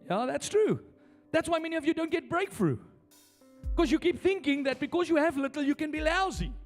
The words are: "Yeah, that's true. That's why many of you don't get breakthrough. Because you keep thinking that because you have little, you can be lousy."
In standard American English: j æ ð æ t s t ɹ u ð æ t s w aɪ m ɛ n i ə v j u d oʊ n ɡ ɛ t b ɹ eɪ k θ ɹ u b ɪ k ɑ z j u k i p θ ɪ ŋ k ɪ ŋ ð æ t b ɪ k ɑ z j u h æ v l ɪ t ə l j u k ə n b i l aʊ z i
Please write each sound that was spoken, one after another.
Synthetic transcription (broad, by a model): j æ ð æ t s t ɹ u ð æ t s w aɪ m ɛ n i ə v j u d oʊ n ɡ ɛ t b ɹ eɪ k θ ɹ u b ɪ k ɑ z j u k i p θ ɪ ŋ k ɪ ŋ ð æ t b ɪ k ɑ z j u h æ v l ɪ t ə l j u k ə n b i l aʊ z i